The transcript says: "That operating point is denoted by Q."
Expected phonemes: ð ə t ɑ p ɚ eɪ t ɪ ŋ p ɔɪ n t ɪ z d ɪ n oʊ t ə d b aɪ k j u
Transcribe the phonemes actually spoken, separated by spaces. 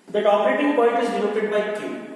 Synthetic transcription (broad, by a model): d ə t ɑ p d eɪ t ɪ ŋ p ɔɪ n t ɪ z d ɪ l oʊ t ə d b aɪ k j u